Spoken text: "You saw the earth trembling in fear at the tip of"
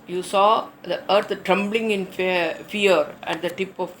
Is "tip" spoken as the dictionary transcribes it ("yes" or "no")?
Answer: yes